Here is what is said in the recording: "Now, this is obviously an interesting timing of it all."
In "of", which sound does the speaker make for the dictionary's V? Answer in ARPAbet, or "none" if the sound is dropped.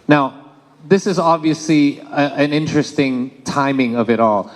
V